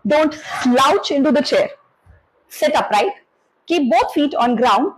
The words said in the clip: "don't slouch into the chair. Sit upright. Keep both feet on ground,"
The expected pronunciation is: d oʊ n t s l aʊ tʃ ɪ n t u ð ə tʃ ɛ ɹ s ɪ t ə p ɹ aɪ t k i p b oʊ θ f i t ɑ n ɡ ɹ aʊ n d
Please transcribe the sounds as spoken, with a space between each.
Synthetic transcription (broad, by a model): d oʊ n t s l aʊ tʃ ɪ n t u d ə tʃ ɛ ɹ s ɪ t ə p ɹ aɪ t k i p b oʊ t f i t ɑ n ɡ ɹ aʊ n d